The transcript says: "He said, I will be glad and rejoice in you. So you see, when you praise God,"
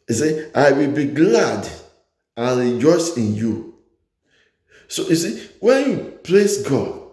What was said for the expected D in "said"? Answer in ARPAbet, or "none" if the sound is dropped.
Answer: none